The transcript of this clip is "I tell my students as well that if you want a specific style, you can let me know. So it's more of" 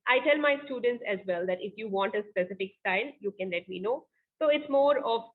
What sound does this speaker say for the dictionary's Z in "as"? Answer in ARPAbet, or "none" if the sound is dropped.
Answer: Z